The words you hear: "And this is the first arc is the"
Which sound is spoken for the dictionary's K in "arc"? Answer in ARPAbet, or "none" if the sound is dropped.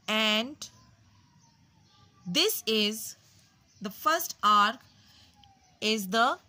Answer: K